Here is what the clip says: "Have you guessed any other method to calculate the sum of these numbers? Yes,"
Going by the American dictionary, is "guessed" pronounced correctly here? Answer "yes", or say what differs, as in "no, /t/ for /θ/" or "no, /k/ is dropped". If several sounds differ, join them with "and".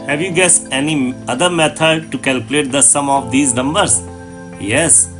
no, /t/ is dropped